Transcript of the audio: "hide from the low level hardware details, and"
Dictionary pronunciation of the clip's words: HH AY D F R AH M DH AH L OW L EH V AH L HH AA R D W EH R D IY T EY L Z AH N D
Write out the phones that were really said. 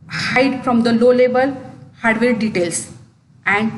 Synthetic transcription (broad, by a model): HH AY D F R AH M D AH L OW L EH B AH L HH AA R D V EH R D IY T EY L S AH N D